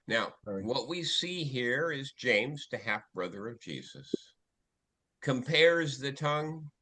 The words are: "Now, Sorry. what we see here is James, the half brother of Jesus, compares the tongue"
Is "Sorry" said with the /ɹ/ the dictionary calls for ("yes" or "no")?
no